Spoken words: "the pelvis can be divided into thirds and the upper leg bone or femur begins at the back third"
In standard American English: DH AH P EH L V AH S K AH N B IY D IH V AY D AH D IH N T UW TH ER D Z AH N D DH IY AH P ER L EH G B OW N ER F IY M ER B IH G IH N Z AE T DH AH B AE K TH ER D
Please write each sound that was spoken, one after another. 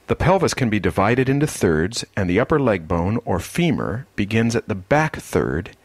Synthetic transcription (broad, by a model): DH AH P EH L V AH S K AH N B IY D IH V AY D AH D IH N T UW TH ER D Z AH N DH IY AH P ER L EH G B OW N ER F IY M ER B IH G IH N Z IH T DH AH B AE K TH ER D